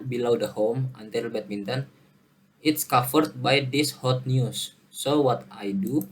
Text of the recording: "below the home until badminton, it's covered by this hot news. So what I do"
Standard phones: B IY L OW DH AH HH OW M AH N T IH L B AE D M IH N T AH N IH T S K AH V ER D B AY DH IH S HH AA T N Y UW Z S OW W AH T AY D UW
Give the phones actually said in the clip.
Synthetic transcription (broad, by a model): B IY L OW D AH HH OW M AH N T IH L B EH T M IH N T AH N IH T S K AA F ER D B AY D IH S HH AA T N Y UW S OW W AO T AY D UW